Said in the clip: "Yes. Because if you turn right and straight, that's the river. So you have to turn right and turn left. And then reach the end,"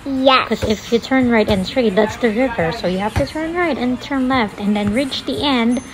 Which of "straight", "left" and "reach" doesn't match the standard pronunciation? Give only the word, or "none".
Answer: none